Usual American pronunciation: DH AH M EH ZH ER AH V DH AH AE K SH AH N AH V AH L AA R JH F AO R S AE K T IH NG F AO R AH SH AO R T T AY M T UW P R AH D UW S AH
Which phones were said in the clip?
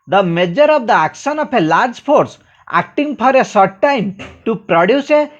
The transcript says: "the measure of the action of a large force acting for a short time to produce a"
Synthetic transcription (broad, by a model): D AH M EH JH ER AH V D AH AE K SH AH N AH P AH L AA R JH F AO R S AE K T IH NG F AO R AH S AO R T T AY M T UW P R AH D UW S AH